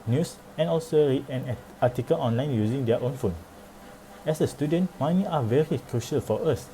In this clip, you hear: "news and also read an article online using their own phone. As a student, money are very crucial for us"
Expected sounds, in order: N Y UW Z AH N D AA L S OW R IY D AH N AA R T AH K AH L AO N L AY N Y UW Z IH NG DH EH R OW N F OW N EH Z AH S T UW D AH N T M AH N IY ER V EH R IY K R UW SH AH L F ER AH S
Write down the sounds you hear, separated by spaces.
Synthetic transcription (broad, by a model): N Y UW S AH N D AA L S OW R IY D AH N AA T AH K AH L AO N L AY N Y UW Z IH NG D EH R OW N F OW N EH S AH S T UW D AH N T M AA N IY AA V EH R IY K R UW SH AH L F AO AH S